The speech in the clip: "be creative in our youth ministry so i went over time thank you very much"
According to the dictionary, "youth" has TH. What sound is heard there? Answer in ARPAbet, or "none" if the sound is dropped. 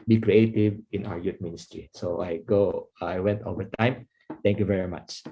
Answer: T